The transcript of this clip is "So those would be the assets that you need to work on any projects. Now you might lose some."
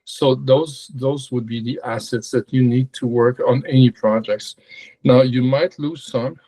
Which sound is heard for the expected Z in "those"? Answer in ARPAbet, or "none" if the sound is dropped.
Z